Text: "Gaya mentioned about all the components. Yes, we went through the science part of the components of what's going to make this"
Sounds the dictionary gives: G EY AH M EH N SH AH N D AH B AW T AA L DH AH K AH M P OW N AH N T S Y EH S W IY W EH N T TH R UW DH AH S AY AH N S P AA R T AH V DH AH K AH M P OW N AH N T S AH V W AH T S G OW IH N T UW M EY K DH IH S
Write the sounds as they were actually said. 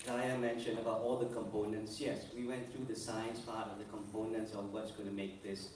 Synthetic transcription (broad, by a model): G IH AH M EH N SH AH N AH B AW T AA L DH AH K AH M P OW N AH N T S Y EH S W IY W EH N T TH R UW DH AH S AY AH N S P AA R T AH V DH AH K AH M P OW N AH N T S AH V W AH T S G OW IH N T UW M EY K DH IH S